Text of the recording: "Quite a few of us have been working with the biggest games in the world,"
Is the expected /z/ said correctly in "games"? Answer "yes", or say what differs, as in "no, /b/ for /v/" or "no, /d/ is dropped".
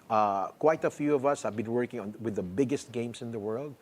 no, /s/ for /z/